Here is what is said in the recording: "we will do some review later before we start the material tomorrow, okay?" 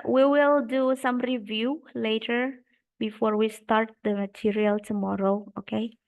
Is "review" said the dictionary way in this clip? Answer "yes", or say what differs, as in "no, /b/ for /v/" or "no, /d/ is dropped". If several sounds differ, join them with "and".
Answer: yes